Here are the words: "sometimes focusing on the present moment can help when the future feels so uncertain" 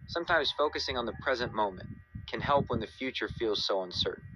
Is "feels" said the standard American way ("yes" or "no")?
yes